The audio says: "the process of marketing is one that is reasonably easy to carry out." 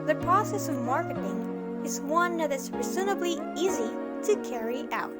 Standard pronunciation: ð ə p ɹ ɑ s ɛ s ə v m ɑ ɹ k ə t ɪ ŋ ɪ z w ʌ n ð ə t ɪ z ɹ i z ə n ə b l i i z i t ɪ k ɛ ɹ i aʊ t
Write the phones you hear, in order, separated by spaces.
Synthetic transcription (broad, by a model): ð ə p ɹ ɑ s ɛ s ə v m ɑ ɹ k ə t ɪ ŋ ɪ z w ʌ n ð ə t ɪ s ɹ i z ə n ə b l i i z i t ɪ k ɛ ɹ i aʊ t